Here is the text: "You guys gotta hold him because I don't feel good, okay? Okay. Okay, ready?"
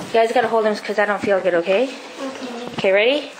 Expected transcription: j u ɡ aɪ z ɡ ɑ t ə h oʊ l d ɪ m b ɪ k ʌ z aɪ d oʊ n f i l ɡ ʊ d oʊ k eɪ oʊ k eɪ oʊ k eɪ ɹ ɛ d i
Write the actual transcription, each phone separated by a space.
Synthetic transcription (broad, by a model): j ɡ aɪ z ɡ ɑ t ə h oʊ l d ɪ m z k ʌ z aɪ d oʊ n f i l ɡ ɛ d oʊ ʊ k eɪ oʊ k eɪ ɹ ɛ d i